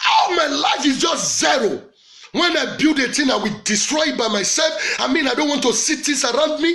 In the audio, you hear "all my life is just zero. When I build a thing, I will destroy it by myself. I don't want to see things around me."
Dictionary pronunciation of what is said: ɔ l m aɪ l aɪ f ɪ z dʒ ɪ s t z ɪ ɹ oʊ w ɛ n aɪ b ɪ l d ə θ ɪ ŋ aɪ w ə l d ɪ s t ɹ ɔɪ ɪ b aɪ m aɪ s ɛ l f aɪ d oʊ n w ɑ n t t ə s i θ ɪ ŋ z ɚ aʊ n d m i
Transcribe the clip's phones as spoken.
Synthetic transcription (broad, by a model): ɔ m aɪ l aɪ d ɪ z dʒ ɪ s t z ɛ ɹ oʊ w ɛ n aɪ b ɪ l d ə t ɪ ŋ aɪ w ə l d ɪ s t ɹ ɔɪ ɪ b aɪ m aɪ s ɛ l f aɪ d oʊ n w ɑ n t t ə s i t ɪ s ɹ aʊ n d m i